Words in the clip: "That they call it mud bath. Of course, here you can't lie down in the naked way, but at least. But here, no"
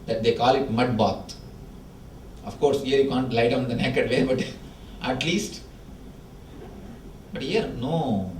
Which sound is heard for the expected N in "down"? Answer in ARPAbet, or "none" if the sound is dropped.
none